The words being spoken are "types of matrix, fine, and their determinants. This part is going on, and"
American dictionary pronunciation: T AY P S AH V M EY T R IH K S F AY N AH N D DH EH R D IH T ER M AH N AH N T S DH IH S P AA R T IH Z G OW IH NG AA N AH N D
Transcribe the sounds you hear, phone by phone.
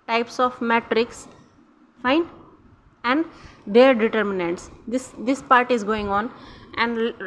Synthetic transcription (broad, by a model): T AY P S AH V M EY T R IH K S F AY N AH N D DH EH R D IH T ER M AH N AH N T S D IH S P AA R T IH Z G OW IH NG AA N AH N D